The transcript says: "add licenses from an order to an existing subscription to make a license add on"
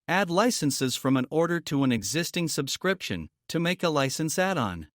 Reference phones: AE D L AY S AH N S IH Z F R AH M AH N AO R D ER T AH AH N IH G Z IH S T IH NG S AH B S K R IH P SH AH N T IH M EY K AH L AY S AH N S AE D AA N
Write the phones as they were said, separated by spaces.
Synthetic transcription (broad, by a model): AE D L AY S AH N S IH Z F R AH M AH N AO R D ER T AH AH N IH G Z IH S T IH NG S AH B S K R IH P SH AH N T IH M EY K AH L AY S AH N S AE D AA N